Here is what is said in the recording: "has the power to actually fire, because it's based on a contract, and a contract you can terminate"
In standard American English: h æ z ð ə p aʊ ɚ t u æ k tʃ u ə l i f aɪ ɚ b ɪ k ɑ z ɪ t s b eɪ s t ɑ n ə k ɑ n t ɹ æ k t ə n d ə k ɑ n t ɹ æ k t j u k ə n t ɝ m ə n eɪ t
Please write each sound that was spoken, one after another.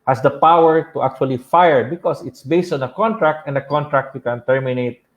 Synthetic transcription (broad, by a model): h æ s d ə p aʊ ɚ t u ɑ k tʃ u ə l i f aɪ ɚ b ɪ k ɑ s ɪ t s b eɪ s t ɑ n ə k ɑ n t ɹ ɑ k t ə n d ə k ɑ n t ɹ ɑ k t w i k ə n t ɝ m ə n eɪ t